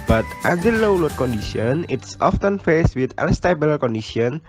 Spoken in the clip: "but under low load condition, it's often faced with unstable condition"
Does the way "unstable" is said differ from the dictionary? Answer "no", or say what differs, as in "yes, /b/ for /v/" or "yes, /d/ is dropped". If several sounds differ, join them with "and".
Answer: yes, /l/ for /n/